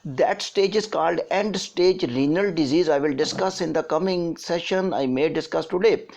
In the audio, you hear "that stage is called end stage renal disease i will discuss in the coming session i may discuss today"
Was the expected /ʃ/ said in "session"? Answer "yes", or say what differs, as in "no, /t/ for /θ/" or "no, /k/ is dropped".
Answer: yes